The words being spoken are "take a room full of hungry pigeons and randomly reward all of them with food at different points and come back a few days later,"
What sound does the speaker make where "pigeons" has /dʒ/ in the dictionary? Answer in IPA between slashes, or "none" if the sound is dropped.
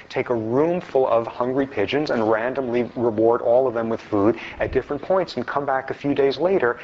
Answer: /dʒ/